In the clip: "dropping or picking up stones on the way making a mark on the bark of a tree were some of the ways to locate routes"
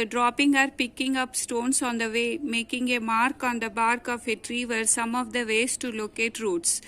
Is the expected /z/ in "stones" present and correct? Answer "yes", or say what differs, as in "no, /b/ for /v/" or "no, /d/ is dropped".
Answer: no, /s/ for /z/